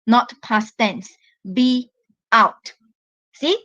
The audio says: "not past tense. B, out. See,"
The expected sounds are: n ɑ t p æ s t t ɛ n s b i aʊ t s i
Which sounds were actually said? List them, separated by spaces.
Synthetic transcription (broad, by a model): n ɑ t p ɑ s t t ɛ n s b i aʊ t s i